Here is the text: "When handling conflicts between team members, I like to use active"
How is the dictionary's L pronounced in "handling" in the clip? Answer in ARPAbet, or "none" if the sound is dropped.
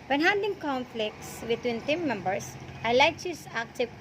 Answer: none